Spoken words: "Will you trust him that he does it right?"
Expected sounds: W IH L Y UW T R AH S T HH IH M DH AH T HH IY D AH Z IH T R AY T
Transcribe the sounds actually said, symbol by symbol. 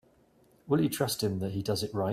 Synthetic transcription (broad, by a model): W IH L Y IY T R AH S T HH IH M DH AH T HH IY D AH Z IH T R AY